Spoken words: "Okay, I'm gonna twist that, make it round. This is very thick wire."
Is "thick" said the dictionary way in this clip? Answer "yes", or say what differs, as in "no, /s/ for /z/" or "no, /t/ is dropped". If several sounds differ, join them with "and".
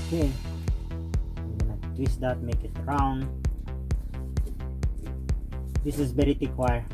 no, /t/ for /θ/